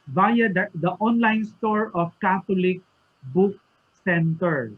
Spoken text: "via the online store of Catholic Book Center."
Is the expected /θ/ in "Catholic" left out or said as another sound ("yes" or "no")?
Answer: yes